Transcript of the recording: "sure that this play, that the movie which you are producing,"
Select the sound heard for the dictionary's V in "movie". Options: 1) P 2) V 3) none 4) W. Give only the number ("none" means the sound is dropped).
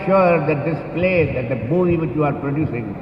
3